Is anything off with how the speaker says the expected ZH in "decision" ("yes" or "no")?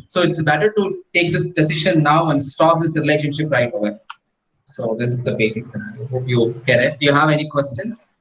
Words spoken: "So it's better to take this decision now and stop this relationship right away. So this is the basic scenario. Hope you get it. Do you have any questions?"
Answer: yes